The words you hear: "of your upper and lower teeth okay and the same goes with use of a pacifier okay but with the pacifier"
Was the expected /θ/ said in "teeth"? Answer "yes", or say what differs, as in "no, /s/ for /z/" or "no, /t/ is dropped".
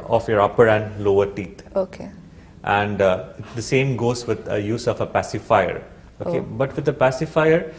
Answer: no, /t/ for /θ/